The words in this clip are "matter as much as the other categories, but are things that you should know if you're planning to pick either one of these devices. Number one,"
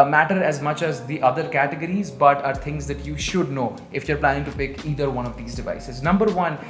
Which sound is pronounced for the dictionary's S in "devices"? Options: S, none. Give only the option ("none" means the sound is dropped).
S